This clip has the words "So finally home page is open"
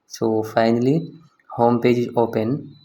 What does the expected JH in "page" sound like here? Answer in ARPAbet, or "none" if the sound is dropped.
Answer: JH